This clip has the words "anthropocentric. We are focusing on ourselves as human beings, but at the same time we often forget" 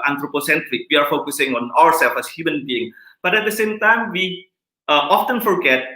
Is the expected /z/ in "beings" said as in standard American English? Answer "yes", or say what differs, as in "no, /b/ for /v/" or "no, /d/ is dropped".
no, /z/ is dropped